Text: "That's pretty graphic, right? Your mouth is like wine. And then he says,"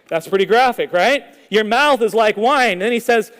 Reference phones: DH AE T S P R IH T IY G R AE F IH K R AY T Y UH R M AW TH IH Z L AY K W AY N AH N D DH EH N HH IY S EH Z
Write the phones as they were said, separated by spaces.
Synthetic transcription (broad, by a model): DH AE T S P R IH T IY G R AE F IH K R AY T Y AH R M AW TH IH Z L AY K W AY AH N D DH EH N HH IY S EH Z